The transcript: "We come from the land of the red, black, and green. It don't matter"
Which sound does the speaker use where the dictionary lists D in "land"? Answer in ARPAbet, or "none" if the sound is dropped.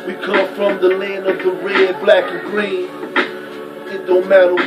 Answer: none